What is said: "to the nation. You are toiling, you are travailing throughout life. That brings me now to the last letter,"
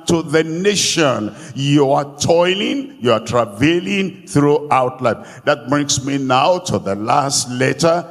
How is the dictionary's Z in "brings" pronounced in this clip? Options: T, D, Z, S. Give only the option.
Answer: S